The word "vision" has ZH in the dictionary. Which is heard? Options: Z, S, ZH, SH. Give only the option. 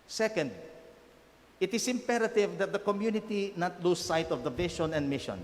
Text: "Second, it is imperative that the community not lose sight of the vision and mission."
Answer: SH